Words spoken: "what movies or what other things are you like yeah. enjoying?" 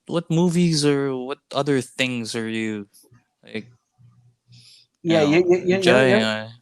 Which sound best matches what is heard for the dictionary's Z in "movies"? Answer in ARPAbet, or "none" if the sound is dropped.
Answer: Z